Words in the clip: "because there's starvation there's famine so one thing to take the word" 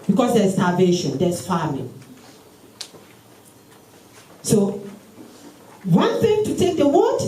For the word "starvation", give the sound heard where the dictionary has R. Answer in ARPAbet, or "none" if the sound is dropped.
L